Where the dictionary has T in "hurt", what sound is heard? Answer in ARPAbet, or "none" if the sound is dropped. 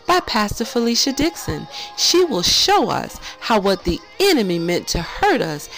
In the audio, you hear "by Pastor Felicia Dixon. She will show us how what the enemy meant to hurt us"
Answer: T